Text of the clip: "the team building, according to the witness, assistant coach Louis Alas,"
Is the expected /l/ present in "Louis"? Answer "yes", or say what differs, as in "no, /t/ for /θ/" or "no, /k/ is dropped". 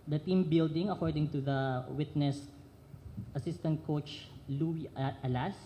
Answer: yes